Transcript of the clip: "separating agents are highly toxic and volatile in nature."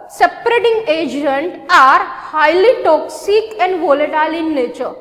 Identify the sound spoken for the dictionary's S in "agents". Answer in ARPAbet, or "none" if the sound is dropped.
none